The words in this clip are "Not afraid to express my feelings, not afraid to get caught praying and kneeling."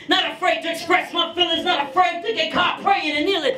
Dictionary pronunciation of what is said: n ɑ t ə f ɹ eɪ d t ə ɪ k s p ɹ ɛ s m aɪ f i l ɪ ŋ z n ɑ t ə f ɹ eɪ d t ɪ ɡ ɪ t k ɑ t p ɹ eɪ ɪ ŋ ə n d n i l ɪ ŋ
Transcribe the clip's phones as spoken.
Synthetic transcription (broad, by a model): n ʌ t ə f ɹ eɪ d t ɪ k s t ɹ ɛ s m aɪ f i l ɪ z n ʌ t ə f ɹ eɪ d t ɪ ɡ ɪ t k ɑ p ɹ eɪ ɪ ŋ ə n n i l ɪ